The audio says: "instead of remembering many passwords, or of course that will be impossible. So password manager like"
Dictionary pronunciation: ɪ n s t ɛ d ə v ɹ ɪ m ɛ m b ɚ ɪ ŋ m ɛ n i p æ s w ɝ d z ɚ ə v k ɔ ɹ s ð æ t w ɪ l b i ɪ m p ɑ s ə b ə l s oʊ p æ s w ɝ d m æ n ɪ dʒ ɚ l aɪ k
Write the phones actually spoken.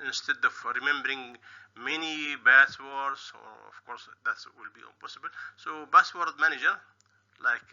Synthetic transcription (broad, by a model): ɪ n s t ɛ d ə v ɹ ɪ m ɛ m b ɚ ɪ ŋ m ɛ n i b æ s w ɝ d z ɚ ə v k ɔ ɹ s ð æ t w ɪ l b i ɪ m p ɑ s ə b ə l s oʊ b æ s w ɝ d m æ n ɪ dʒ ɚ l aɪ k